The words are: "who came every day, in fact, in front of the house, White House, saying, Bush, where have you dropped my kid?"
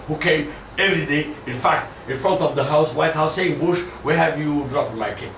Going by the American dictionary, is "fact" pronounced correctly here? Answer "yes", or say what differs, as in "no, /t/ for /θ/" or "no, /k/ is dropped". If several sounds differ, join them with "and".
yes